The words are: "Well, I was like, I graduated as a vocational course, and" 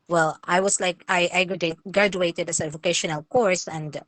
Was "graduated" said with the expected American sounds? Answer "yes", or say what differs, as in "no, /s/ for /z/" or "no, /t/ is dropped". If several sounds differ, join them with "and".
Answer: yes